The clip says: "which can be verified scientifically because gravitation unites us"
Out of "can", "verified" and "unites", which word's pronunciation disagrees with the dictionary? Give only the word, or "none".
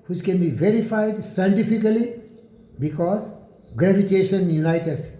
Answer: unites